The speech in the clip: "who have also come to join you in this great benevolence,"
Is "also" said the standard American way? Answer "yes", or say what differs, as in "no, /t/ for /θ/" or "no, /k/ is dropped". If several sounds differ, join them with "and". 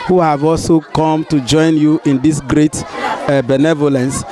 yes